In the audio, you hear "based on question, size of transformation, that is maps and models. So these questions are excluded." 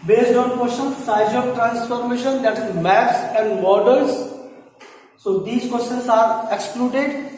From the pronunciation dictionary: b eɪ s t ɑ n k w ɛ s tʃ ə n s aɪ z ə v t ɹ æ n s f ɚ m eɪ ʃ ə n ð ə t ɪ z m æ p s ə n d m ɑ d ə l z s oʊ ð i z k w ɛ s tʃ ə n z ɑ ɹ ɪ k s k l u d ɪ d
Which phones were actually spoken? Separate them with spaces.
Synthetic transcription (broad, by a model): b eɪ s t ɑ n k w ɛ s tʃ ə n s aɪ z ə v t ɹ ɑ n s f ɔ m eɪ ʃ ə n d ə t ɪ z m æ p s ə n d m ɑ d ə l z s oʊ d i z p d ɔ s ə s ɑ ɹ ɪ k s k l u d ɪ d